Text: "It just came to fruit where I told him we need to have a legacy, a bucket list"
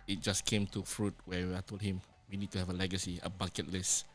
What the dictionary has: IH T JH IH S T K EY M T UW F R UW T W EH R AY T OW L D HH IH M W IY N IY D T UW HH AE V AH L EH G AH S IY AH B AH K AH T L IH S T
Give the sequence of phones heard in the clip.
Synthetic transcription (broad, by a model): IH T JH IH S K EY M T UW F R UW T W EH W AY T OW L D HH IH M W IY N IY D T UW HH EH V AH L EH G AH S IY AH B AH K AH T L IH S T